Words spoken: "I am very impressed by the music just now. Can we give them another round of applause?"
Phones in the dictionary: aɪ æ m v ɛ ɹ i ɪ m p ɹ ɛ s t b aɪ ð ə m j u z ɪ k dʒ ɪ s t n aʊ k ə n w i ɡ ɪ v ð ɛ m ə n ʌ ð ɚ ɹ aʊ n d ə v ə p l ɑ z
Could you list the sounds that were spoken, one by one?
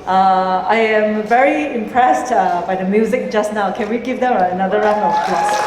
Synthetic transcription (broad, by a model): aɪ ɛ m v ɛ ɹ i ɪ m p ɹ ɛ s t b aɪ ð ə m j u z ɪ k dʒ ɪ s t n aʊ k ə n w i ɡ ɪ v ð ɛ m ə n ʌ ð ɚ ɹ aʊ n ə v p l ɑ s